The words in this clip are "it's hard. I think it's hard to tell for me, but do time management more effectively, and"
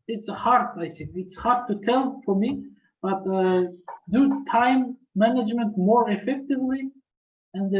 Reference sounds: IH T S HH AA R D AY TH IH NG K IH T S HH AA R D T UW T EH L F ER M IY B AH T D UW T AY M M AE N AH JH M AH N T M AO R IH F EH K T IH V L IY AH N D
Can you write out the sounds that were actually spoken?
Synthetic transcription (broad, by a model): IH T S HH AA R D AY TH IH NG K IH T S HH AA R D T UW T EH L F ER M IY B AH T D UW T AY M M AE N AH JH M AH N T M AO R IH F EH K T IH V L IY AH N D